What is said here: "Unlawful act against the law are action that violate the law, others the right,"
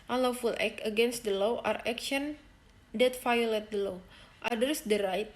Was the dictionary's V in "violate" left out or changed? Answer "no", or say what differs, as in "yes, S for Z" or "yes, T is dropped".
yes, F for V